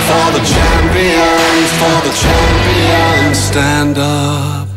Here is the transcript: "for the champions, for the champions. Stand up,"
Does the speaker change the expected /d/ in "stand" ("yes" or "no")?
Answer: no